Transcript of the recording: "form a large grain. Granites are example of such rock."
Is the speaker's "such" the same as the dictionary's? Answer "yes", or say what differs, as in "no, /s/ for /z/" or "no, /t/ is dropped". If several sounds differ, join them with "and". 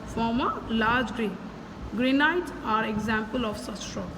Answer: no, /s/ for /tʃ/